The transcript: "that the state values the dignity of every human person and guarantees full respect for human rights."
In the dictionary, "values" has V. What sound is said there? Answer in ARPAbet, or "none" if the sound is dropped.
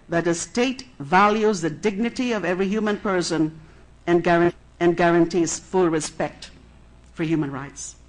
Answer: V